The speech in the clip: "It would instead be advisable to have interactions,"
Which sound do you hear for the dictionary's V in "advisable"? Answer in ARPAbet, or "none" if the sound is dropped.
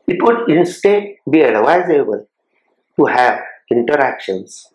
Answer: W